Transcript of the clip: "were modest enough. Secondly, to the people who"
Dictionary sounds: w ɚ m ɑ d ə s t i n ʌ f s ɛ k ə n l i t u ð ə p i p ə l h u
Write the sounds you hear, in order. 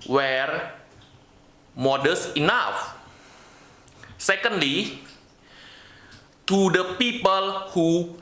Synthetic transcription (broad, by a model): w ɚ m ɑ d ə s i n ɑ f s ɛ k ə n l i t u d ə p i p ə l h u